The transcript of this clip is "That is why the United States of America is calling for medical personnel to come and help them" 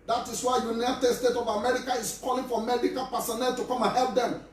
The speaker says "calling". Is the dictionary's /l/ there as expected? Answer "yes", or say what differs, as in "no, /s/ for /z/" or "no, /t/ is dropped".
yes